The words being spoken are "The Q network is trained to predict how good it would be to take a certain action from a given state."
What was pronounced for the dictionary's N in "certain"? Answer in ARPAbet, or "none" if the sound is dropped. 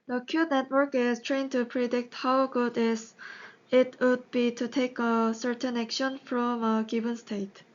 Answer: N